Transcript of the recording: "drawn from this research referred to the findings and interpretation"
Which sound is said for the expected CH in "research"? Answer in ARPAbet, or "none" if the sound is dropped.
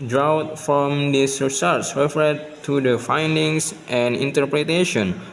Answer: S